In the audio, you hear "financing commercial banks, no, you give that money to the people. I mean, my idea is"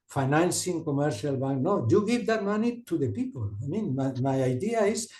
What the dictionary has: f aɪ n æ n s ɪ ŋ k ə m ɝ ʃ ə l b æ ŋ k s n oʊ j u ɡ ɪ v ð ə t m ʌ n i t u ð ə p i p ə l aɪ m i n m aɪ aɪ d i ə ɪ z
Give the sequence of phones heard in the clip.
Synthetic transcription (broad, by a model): f aɪ n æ n s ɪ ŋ k ə m ɝ ʃ ə l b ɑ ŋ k n oʊ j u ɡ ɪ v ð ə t m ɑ n i t u ð ə p i p ə l aɪ m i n m aɪ aɪ d i ə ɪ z